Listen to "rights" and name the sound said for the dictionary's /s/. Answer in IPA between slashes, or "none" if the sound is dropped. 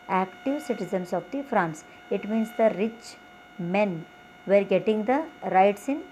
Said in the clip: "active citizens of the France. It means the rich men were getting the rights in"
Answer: /s/